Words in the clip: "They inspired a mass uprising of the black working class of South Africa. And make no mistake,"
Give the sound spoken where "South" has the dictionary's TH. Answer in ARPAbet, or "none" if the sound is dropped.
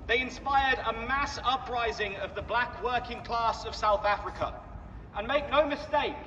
TH